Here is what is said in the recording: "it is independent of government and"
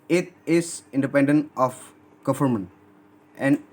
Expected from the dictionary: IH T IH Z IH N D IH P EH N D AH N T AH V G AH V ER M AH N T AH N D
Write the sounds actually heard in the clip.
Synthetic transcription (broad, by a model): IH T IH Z IH N D IH P EH N D AH N T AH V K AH F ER M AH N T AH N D